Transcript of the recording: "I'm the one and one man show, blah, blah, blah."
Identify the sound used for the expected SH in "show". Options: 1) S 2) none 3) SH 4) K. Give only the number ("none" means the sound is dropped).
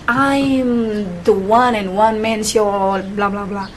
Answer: 1